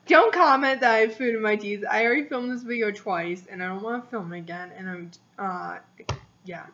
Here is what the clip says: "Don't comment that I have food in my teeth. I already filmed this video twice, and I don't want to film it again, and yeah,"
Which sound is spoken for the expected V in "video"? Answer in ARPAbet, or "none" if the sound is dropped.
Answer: W